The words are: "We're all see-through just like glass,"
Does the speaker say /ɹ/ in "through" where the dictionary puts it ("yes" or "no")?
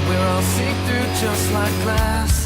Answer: no